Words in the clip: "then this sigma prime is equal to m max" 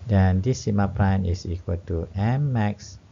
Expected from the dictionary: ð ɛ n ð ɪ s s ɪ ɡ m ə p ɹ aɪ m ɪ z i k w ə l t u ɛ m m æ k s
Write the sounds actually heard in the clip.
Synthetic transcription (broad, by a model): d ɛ n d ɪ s s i m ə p ɹ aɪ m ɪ s i k w ə l t u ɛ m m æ k s